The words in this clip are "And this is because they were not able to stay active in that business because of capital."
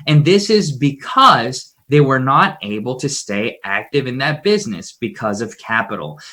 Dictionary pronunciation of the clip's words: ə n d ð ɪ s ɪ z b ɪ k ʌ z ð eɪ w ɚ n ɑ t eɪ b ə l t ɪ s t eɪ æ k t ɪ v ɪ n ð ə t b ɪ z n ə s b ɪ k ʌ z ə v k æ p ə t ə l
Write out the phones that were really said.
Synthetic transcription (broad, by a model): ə n ð ɪ s ɪ z b ɪ k ʌ z ð eɪ w ɚ n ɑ t eɪ b l t ɪ s t eɪ æ k t ɪ v ɪ n ð ə t b ɪ z n ə s b ɪ k ʌ z ə v k æ p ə t l